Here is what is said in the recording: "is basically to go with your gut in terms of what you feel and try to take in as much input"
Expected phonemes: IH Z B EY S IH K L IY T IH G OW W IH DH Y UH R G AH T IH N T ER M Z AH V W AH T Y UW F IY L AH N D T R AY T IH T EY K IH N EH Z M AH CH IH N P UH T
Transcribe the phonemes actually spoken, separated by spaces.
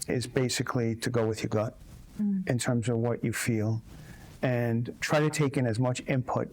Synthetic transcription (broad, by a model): IH Z B EY S IH K L IY T IH G OW W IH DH Y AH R G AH T IH N T ER M Z AH V W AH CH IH F IY L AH N T R AY T IH T EY K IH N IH Z M AH CH IH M P UH T